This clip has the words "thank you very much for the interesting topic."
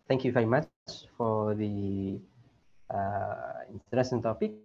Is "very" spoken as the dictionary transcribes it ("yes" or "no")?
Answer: yes